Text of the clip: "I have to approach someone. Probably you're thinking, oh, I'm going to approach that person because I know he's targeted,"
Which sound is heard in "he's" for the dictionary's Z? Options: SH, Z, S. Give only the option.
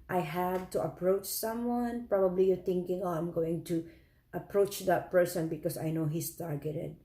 S